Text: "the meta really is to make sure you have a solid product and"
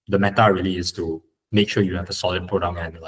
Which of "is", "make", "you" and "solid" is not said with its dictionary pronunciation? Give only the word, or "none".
is